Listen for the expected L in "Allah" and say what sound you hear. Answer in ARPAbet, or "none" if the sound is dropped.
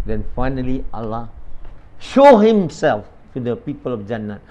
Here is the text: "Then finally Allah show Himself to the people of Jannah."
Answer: L